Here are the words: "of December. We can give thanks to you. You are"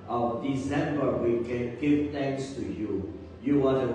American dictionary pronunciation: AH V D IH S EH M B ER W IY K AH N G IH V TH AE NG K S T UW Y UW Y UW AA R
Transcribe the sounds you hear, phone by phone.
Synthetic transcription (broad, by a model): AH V D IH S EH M B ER W IY K AH N G IH V T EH NG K S T UW Y UW Y UW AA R